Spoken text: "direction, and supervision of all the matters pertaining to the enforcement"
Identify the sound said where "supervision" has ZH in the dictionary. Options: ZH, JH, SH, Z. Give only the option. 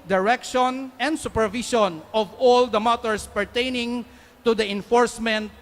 SH